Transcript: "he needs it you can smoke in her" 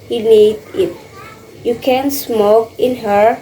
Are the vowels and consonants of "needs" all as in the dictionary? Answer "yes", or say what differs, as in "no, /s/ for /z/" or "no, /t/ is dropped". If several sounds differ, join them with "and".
no, /z/ is dropped